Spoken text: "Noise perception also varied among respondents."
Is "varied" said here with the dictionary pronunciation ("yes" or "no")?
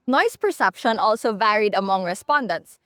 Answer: yes